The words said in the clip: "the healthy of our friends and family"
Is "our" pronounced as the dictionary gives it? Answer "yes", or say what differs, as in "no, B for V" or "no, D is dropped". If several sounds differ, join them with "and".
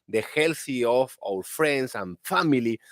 no, L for R